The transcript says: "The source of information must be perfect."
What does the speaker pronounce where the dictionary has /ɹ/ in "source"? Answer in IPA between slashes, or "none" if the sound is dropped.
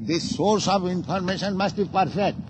/ɹ/